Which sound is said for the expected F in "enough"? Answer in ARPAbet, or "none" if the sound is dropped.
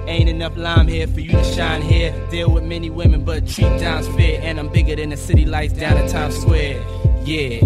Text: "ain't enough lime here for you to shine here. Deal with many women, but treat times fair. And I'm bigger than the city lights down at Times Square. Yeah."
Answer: P